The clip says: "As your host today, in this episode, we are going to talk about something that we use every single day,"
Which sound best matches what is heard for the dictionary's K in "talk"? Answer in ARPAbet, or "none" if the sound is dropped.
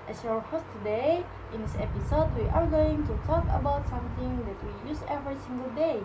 K